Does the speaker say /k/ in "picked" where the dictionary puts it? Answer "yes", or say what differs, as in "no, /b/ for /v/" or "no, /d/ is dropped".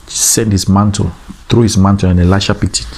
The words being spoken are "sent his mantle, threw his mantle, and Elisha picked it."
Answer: no, /k/ is dropped